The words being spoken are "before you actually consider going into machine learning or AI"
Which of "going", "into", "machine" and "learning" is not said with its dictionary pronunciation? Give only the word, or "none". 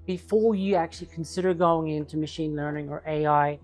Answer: none